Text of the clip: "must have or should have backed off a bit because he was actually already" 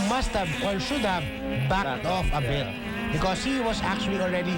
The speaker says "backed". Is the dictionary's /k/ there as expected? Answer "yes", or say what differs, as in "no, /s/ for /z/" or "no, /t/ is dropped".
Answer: no, /k/ is dropped